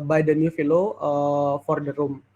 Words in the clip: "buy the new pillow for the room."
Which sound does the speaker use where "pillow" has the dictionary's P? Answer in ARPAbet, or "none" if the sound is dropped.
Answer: F